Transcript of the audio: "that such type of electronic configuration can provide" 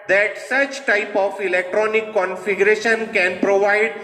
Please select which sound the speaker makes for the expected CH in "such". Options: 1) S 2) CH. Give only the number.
2